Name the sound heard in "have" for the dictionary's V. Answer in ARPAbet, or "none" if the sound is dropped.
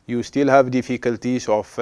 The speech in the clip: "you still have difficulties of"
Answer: V